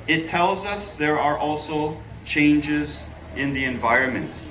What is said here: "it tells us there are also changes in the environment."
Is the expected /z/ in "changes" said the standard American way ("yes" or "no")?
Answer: yes